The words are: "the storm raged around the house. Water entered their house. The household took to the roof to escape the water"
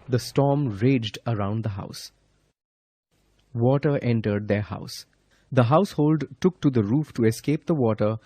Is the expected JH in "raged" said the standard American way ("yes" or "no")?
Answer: yes